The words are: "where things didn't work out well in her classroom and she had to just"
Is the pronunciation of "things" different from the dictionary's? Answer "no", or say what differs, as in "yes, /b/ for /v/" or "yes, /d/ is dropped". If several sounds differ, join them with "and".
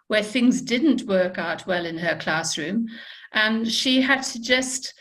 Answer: no